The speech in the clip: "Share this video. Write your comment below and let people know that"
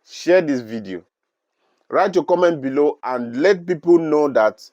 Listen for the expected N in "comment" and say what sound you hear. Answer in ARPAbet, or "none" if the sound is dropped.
N